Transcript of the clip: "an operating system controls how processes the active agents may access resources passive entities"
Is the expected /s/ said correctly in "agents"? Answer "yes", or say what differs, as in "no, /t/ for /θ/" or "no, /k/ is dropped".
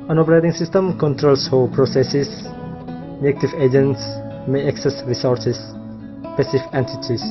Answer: yes